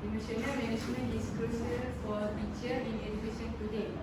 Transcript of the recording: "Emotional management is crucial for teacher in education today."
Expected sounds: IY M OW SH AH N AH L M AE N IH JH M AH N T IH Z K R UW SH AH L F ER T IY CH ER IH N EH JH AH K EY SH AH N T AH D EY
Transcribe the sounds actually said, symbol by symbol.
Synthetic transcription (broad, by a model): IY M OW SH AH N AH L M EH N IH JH M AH N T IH S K UW S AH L F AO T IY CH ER IH N EH JH AH K EY SH AH N T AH D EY